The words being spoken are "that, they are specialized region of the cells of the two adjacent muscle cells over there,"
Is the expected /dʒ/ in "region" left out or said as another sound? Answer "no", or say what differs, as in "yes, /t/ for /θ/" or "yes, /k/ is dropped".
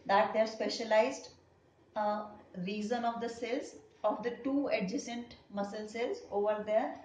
yes, /z/ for /dʒ/